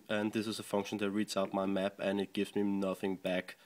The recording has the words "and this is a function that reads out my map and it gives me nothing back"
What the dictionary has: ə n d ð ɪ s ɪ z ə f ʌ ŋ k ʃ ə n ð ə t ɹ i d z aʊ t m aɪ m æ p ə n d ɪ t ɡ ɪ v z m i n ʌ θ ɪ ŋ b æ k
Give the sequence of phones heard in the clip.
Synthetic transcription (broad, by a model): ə n ð ɪ s ɪ z ə f ʌ ŋ k ʃ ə n ð ə t ɹ i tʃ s aʊ t m aɪ m æ p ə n ɪ t ɡ ɪ v z m i n ʌ θ ɪ ŋ b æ k